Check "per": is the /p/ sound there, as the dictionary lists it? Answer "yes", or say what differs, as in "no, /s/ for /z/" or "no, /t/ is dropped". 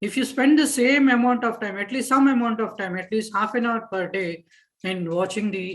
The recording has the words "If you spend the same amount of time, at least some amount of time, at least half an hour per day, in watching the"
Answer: yes